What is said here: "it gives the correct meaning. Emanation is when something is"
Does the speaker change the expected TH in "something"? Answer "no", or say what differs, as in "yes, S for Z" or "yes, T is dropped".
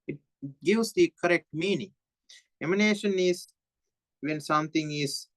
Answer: yes, T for TH